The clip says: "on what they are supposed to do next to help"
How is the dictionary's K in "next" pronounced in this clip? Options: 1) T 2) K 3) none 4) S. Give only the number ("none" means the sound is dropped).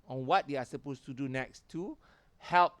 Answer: 2